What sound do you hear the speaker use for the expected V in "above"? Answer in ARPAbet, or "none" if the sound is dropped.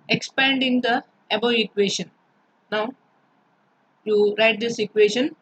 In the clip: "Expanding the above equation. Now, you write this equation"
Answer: none